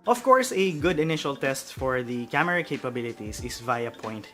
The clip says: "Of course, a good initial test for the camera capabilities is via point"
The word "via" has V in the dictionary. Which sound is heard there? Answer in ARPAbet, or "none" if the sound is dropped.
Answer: V